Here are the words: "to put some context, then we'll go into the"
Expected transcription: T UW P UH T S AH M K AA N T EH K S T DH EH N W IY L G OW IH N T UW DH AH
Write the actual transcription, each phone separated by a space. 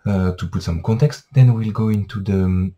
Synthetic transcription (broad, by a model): T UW P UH T S AH M K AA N T EH K S T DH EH N W IY L G OW IH N T UW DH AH